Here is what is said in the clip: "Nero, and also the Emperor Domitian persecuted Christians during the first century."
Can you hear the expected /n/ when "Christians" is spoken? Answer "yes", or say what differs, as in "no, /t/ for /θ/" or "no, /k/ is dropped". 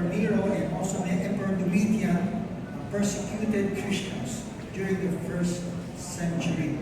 no, /n/ is dropped